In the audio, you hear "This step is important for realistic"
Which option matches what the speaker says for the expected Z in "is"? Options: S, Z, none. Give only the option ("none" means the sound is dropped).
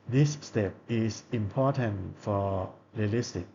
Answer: S